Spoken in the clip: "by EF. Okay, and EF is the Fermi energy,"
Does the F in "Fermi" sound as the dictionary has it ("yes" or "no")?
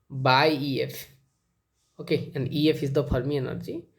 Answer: no